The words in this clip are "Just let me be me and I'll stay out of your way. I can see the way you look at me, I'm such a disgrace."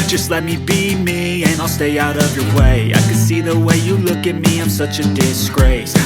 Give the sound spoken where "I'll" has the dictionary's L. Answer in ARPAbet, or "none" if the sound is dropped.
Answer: L